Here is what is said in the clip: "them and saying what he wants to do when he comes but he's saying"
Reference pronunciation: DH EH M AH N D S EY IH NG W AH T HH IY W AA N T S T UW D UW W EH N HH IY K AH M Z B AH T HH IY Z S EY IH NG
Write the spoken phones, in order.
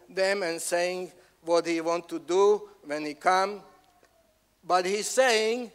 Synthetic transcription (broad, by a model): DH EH M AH N S EY IH NG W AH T HH IY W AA N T T UW D UW W EH N HH IY K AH M B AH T HH IY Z S EY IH NG